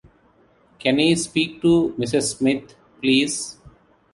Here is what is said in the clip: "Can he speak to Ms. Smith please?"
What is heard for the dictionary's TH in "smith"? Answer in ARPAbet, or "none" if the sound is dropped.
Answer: T